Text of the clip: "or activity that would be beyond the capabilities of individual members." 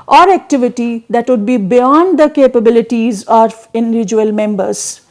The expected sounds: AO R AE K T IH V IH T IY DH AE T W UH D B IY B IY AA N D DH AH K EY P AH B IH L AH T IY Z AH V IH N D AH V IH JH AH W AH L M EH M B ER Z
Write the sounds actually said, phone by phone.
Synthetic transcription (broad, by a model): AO R AE K T IH V IH T IY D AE T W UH D B IY B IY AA N D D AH K EY P AH B IH L AH T IY Z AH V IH N D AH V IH JH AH AH L M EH M B ER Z